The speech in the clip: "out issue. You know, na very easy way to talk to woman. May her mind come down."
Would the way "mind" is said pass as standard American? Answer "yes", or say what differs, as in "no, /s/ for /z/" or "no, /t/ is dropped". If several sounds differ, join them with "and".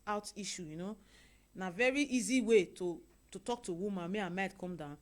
no, /n/ is dropped